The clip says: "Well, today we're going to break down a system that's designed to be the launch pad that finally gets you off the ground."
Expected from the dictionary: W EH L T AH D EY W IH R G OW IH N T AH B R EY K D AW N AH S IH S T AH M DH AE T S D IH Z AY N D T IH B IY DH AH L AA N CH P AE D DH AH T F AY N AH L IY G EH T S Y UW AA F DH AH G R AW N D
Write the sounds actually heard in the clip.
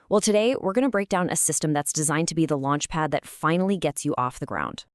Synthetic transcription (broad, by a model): W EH L T AH D EY W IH R G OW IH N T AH B R EY K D AW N AH S IH S T AH M DH AE T S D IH Z AY N T IH B IY DH AH L AA N CH P AE D DH AH T F AY N L IY G EH T S Y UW AA F DH AH G R AW N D